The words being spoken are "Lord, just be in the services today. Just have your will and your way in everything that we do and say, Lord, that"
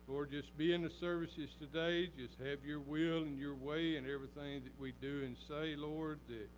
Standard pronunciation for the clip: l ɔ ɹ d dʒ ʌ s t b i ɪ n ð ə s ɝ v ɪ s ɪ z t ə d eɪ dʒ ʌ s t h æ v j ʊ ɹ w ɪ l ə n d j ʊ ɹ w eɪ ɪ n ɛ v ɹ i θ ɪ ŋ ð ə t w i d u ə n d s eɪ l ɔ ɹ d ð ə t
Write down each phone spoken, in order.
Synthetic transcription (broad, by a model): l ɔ ɹ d dʒ ʌ s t b i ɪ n ð ə s ɝ v ɪ s ɪ z t ə d eɪ dʒ ʌ s t h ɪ v j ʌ ɹ w ɪ l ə n j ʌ ɹ w eɪ ɪ n ɛ v ɹ i θ ɪ ŋ ð ə t w i d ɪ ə n s eɪ l ɔ ɹ d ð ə t